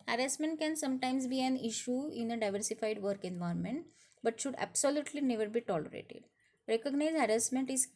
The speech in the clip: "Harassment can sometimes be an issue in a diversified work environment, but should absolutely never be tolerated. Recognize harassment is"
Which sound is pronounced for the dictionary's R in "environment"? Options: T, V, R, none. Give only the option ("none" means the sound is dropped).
none